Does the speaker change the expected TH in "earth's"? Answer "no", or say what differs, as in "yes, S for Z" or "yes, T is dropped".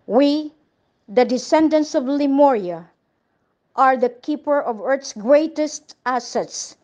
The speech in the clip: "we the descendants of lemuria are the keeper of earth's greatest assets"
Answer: yes, T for TH